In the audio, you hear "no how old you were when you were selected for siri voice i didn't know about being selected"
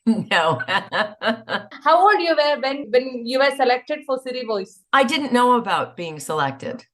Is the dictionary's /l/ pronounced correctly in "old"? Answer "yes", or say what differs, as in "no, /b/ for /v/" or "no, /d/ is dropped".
no, /l/ is dropped